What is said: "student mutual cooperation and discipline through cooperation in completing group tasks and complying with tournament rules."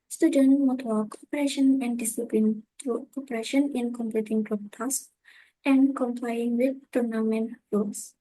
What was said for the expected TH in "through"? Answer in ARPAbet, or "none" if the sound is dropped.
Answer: T